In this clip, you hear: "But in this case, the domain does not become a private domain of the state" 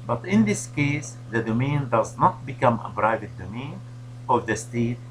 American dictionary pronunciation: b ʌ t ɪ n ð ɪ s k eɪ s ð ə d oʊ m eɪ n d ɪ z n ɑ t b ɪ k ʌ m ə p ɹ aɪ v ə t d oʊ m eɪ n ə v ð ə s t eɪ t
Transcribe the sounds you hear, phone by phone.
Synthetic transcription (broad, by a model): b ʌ t ɪ n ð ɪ s k eɪ s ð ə d oʊ m eɪ n d ɪ z n ɑ t b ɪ k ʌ m ə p ɹ aɪ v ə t d oʊ m eɪ n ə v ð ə s t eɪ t